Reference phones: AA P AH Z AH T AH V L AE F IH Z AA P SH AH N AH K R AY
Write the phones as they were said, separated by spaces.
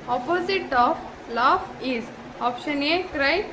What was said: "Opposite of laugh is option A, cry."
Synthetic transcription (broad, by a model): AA P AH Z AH T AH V L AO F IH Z AA P SH AH N AH K R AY